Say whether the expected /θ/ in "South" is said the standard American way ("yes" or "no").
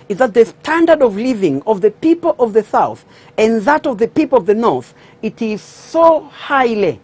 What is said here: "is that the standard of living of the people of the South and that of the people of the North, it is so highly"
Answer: yes